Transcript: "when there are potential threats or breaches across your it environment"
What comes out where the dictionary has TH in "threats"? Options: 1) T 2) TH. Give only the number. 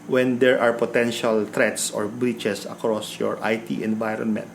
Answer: 1